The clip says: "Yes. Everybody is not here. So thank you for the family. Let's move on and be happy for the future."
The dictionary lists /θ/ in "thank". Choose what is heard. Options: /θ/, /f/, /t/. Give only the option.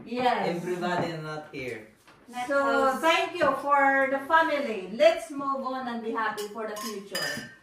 /t/